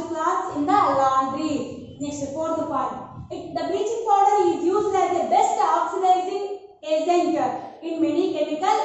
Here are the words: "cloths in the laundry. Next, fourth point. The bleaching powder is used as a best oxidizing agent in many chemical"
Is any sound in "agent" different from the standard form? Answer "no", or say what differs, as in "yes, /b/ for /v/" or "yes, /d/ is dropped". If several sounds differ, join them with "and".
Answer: yes, /z/ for /dʒ/